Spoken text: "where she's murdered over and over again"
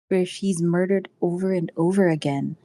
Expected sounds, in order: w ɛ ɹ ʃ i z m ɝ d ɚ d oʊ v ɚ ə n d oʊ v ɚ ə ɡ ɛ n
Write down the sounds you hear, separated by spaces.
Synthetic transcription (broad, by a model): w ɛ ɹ ʃ i z m ɝ d ɚ d oʊ v ɚ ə n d oʊ v ɚ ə ɡ ɛ n